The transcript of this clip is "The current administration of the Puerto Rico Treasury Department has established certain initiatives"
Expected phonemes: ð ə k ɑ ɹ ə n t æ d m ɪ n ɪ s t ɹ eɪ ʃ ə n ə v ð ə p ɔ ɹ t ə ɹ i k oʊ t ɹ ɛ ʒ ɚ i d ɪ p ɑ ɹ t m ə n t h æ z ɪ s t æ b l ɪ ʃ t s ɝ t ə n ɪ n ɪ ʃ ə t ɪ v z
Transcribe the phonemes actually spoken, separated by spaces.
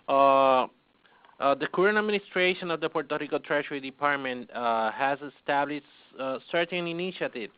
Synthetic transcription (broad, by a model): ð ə k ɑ ɹ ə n æ d m ɪ n ɪ s t ɹ eɪ ʃ ə n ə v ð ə p ɔ ɹ t ə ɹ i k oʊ t ɹ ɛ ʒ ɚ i d ɪ p ɑ ɹ t m ə n t h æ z ɪ s t æ b l ɪ ʃ t s ɝ t ə n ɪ n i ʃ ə t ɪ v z